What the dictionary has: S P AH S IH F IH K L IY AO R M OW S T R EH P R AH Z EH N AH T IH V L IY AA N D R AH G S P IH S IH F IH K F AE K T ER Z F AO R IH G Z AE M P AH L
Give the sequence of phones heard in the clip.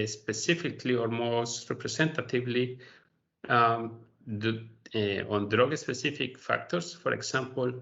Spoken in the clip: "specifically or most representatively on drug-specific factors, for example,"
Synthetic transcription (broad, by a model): S P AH S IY F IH K L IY AO R M OW S T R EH P R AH S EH N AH T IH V L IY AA N D R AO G S P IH S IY F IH K F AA K T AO S F AO R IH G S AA M P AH L